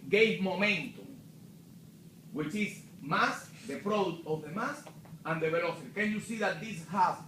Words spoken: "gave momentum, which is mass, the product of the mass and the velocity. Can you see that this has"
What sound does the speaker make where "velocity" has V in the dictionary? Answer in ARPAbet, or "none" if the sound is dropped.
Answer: B